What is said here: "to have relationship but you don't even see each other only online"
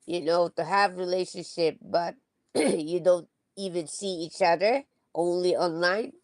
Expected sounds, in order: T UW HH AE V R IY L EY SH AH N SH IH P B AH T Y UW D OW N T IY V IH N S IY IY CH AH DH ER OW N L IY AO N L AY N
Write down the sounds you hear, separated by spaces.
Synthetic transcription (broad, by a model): T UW HH AE V R IY L EY SH AH N SH IH P B AH T Y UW D OW N T IY V IH N S IY IY CH AH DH ER OW N L IY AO N L AY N